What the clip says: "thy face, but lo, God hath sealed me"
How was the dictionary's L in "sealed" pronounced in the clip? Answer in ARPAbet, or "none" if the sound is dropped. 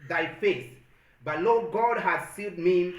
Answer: none